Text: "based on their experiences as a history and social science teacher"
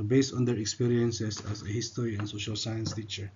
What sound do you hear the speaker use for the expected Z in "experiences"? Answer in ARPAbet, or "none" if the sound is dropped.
S